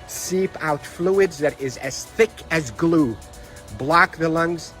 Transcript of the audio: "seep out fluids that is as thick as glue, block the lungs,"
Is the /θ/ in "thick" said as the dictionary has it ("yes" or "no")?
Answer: yes